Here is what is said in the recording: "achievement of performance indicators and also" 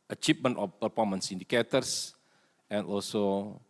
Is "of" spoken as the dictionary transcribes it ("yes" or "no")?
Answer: no